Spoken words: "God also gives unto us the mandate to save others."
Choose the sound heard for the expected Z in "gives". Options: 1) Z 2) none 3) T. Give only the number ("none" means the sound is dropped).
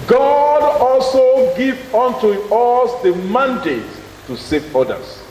2